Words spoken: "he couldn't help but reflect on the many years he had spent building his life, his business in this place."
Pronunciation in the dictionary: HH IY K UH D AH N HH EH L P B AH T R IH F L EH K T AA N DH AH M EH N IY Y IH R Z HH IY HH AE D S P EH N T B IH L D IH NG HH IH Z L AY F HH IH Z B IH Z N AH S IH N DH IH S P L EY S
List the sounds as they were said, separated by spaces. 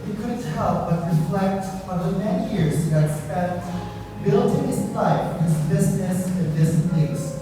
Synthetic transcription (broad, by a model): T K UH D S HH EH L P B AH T R IH F L EH K T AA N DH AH M EH N IY Y IH R Z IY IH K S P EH T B IH L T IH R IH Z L AY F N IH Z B IH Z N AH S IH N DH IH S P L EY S